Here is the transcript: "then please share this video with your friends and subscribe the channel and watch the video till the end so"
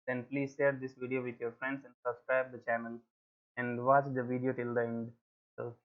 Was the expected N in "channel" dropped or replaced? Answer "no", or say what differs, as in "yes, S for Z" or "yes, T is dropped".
no